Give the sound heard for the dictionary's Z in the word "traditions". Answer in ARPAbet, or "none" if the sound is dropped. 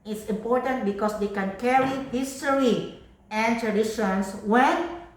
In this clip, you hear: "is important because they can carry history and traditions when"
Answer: S